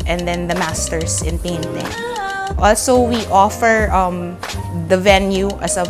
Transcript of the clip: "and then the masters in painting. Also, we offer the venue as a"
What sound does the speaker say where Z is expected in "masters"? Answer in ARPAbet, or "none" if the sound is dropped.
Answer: S